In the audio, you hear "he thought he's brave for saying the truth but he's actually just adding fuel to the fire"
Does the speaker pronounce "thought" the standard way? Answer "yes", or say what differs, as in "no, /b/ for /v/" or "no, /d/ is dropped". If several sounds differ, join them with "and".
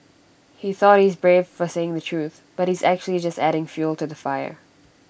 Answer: yes